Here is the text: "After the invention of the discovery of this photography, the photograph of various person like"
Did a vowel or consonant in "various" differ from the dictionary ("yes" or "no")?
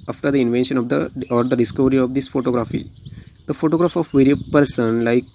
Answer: yes